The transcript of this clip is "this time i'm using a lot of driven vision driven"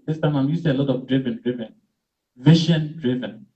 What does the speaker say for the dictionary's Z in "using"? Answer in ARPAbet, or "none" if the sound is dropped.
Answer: S